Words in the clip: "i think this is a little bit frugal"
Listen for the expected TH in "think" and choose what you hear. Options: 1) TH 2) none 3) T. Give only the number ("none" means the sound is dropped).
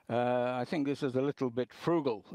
1